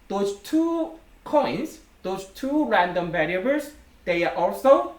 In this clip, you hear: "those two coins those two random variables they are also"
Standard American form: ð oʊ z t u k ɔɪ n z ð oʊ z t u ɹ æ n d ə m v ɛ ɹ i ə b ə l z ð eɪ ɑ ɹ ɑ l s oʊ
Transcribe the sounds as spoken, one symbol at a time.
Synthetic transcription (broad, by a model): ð oʊ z t u k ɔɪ n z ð oʊ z t u ɹ æ n d ə m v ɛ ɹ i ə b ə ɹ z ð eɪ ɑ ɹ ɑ l s oʊ